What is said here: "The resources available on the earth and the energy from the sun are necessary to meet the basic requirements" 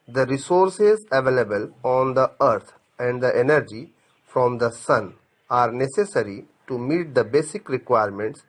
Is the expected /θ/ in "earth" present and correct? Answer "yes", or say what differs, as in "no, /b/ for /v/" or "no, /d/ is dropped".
no, /t/ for /θ/